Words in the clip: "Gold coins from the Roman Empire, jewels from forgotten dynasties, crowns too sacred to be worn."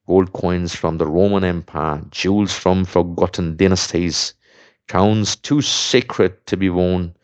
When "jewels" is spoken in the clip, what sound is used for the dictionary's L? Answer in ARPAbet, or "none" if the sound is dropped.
L